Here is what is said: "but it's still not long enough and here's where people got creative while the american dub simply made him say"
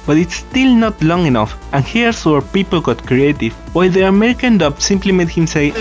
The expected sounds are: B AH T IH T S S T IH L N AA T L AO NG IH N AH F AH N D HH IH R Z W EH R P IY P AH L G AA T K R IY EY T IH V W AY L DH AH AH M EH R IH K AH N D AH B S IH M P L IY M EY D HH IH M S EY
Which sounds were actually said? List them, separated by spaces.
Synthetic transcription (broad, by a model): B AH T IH T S S T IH L N AA T L AO NG IH N AH F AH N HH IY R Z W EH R P IY P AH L G AA T K R IY EY T IH V W AY L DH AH AH M EH R IH K AH N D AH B S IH M P L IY M EY D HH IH M S EY